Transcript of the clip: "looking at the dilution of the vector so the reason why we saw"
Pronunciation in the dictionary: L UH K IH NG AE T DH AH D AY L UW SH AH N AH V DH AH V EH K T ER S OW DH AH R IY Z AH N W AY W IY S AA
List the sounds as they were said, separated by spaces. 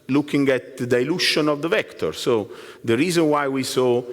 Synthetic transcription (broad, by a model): L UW K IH NG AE T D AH D AY L UW SH AH N AH V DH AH V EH K T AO S OW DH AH R IY Z AH N W AY W IY S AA